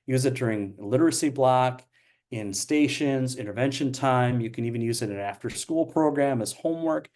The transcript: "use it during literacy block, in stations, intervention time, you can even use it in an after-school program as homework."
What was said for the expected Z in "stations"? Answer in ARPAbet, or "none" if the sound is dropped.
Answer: Z